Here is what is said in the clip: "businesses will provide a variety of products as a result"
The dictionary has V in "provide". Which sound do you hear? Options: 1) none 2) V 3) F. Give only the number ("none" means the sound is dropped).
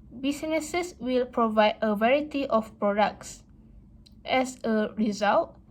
2